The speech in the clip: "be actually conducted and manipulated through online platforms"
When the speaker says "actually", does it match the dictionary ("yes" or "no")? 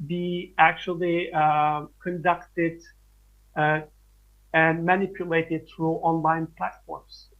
yes